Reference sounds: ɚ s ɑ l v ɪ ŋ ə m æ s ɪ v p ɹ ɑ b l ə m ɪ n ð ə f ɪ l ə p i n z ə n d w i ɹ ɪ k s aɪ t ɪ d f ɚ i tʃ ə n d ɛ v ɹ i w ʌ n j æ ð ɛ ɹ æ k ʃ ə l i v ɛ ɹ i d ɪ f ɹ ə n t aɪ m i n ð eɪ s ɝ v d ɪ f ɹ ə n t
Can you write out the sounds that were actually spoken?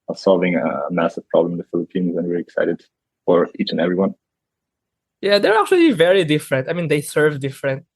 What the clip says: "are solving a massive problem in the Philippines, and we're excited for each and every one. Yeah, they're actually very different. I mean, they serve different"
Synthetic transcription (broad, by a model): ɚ s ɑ l v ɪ ŋ ə m æ s ɪ v p ɹ ɑ b l ə m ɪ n ð ə f ɪ l ə p i n z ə n w i ɹ ɪ k s aɪ t ɪ d f ɚ i tʃ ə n ɛ v ɹ i w ʌ n j æ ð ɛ ɹ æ k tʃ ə l i v ɛ ɹ i d ɪ f ɹ ə n t aɪ m i n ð eɪ s ɝ v d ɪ f ɹ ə n t